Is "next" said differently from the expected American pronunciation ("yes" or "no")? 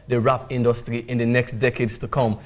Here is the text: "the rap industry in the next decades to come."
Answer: no